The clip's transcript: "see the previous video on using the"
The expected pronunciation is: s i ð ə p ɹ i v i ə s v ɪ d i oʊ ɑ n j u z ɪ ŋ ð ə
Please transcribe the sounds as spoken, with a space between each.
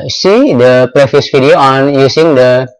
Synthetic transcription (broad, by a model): s i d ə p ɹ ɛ f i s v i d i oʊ ɑ n j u s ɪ ŋ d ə